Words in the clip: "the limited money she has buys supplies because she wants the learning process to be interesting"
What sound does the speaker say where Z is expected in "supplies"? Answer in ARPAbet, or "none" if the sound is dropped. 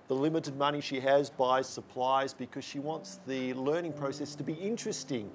Z